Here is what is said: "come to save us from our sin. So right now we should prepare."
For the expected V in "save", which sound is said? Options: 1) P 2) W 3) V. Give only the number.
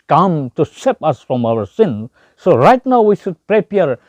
1